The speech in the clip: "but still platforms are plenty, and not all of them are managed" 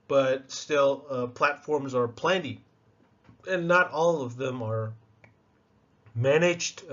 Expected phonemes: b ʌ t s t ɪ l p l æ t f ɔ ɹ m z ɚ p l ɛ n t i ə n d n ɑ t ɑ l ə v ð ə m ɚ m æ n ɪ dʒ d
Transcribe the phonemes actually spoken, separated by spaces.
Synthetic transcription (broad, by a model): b ʌ t s t ɪ l p l æ t f ɔ ɹ m z ɚ p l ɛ n t i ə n n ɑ t ɑ l ə v ð ə m ɚ m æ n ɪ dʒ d